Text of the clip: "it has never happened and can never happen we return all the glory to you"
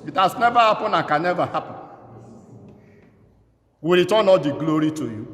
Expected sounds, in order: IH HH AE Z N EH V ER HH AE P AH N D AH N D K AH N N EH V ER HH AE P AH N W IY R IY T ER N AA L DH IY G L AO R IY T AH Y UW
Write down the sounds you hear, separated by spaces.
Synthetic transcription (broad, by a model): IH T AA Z N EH V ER HH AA P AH N AH K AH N N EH V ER HH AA P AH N W IY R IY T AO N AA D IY G L AO R IY T AH Y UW